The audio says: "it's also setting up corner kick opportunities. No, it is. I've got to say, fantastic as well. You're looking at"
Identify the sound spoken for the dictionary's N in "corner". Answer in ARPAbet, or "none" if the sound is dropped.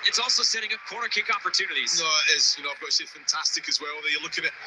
none